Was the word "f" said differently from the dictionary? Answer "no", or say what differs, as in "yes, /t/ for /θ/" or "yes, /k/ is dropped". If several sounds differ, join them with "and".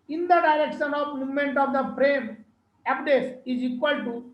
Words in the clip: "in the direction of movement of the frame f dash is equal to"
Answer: yes, /p/ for /f/